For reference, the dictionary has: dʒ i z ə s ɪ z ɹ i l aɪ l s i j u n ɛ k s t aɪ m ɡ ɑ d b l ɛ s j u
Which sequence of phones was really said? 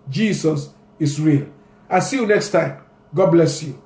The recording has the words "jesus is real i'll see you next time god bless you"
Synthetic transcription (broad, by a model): dʒ i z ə s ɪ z ɹ i l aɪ s i j u n ɛ k s t aɪ m ɡ ɑ d b l ɛ s j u